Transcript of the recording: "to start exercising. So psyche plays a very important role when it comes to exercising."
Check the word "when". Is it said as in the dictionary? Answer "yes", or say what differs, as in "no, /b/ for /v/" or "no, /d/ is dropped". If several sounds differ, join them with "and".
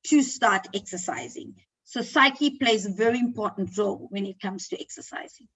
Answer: yes